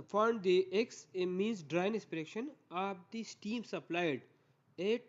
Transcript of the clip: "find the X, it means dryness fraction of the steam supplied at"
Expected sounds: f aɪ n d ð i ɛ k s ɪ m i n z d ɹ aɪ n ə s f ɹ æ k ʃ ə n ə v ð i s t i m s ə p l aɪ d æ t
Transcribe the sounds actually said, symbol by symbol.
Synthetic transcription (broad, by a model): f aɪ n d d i ɛ k s m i n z d ɹ aɪ n ə s p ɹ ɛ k ʃ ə n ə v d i s t i m s ə p l aɪ d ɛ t